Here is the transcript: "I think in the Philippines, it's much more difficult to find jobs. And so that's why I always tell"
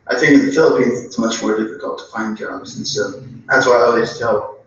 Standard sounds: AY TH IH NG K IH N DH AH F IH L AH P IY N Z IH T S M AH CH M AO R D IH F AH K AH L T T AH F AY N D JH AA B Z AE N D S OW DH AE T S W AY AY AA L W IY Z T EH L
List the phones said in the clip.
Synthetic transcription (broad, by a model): AY TH IH NG K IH DH AH F IH L AH P IY N Z IH T S M AH CH M AO R D IH F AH K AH L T T AH F AY N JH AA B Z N S OW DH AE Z W AY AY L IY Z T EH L